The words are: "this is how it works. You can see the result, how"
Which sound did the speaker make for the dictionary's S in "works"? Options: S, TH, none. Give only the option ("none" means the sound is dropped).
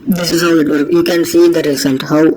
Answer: none